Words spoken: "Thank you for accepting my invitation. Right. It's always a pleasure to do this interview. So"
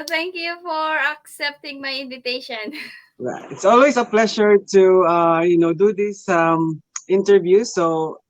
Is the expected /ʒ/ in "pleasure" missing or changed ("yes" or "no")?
yes